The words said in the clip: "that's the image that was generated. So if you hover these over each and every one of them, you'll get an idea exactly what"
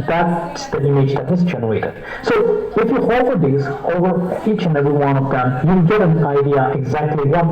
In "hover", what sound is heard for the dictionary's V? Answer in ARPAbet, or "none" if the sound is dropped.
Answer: F